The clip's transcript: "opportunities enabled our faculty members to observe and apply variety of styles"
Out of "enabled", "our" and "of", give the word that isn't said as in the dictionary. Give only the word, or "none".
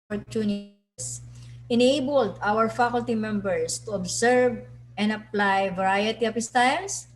of